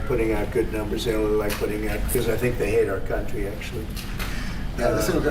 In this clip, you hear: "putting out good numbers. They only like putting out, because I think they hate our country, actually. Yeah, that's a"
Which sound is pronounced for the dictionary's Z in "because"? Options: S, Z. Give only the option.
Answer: Z